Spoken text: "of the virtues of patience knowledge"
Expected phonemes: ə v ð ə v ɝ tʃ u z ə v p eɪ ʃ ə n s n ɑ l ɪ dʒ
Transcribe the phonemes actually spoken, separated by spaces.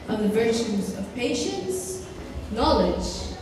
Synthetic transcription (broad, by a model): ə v ð ə v ɝ tʃ u z ə v p eɪ ʃ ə n s n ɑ l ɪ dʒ